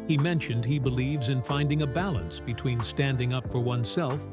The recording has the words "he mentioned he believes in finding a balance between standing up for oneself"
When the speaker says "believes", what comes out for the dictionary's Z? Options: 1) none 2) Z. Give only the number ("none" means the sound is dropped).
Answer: 2